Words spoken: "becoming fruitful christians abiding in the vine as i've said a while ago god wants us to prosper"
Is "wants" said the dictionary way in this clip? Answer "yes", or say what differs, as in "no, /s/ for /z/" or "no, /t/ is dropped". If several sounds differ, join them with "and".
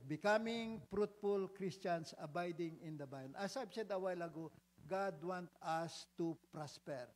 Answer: no, /s/ is dropped